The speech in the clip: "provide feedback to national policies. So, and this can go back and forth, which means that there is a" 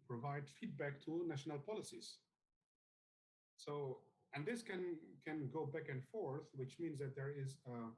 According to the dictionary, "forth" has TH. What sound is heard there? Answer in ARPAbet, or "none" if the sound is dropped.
TH